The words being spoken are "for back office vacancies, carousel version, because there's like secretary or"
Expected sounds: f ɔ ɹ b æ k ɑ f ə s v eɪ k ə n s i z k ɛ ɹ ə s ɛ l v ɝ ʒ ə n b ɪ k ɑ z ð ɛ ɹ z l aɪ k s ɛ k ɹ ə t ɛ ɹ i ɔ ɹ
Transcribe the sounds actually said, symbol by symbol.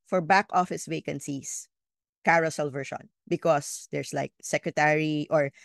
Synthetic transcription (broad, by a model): f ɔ ɹ b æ k ɑ f ə s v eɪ k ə n s i s k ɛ ɹ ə s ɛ l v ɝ ʃ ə n b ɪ k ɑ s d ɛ ɹ s l aɪ k s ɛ k ɹ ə t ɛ ɹ i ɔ ɹ